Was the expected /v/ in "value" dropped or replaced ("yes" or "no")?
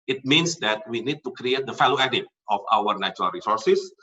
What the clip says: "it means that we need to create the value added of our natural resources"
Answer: yes